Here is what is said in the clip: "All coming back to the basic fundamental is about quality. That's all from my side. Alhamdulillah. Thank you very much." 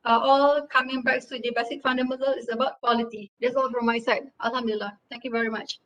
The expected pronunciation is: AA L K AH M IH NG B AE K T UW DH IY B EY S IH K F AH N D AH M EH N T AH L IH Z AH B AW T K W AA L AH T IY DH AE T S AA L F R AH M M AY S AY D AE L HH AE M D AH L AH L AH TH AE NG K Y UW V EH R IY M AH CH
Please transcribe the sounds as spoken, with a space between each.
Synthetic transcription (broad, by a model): AA L K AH M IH NG B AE K T UW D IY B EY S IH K F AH N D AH M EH N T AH L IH S AH B AW T K W AA L AH T IY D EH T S AA L F R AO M M AY S AY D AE L HH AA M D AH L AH L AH T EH NG K Y UW V EH R IY M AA CH